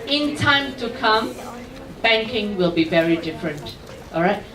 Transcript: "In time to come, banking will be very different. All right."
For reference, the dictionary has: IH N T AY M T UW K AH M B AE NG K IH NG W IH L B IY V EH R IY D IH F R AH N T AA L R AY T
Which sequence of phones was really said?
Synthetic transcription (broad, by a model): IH N T AY M T UW K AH M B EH NG K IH NG W IH L B IY V EH R IY D IH F R AH N T AA L R AY T